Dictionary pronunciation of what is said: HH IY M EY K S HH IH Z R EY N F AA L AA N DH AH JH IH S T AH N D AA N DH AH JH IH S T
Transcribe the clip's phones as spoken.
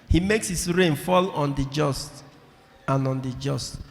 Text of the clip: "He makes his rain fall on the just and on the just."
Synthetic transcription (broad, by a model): HH IY M EY K S HH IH S R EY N F AA L AA N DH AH JH IH S T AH N AA N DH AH JH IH S T